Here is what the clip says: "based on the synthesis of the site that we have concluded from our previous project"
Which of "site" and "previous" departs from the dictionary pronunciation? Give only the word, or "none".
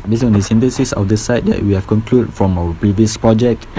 none